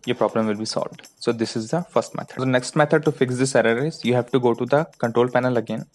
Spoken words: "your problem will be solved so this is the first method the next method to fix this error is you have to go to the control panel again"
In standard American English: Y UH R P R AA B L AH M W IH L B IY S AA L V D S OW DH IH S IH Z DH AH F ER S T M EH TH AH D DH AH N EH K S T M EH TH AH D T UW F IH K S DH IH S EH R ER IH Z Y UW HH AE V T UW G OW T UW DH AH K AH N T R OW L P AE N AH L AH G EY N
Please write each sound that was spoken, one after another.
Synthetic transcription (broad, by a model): Y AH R P R AA B L AH M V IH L B IY S AA L V D S OW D IH S IH Z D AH F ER S T M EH T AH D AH N EH K S T M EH T AH D T UW F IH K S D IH S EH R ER IH Z Y UW HH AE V T UW G OW T UW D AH K AH N T R OW L P AE N AH L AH G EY N